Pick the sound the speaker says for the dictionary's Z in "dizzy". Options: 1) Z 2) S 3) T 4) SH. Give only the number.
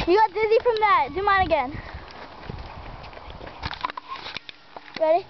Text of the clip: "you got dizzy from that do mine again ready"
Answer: 1